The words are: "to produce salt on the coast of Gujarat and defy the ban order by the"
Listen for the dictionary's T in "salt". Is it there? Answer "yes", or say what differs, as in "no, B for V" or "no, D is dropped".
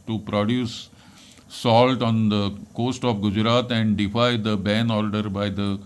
yes